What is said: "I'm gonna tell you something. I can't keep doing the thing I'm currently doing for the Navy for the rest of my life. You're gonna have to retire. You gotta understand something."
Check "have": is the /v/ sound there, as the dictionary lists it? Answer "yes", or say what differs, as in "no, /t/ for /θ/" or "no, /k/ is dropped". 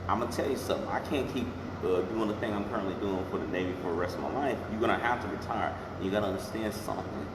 no, /f/ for /v/